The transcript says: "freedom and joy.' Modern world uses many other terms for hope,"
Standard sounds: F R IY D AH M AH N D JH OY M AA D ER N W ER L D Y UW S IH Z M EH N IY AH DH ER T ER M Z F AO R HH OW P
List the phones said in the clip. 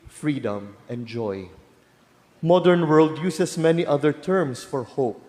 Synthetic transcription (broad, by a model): F R IY D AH M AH N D JH OY M AA D ER N W ER L D Y UW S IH S M EH N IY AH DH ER T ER M S F AO R HH OW P